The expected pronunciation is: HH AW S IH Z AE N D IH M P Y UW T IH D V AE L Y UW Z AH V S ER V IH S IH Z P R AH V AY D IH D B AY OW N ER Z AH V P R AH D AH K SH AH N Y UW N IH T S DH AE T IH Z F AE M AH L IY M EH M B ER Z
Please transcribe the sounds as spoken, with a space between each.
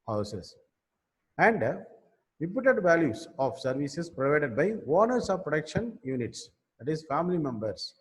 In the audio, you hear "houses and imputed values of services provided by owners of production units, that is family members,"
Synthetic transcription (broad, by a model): HH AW S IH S AE N D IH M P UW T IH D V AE L Y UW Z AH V S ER V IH S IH S P R AH V AY D IH D B AY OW N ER S AH V P R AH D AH K SH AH N Y UW N IH T S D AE T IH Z F AE M AH L IY M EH M B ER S